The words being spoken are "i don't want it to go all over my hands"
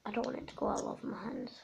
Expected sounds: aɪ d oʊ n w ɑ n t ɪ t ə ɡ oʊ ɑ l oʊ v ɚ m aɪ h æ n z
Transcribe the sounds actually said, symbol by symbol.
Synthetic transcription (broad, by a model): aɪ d oʊ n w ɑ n ɪ t ə ɡ oʊ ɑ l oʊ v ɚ m aɪ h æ n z